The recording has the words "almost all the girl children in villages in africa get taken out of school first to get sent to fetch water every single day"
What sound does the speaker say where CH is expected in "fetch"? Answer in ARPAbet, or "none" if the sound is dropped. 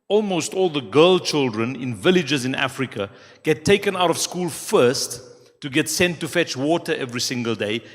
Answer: CH